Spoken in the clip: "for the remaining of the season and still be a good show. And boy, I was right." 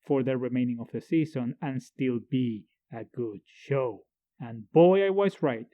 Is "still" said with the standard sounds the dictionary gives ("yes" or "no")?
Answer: yes